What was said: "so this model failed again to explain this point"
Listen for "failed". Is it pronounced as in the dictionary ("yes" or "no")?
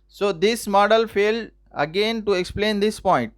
yes